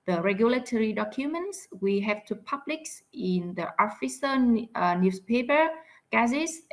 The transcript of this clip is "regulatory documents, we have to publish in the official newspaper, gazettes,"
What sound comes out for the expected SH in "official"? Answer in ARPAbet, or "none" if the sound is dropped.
S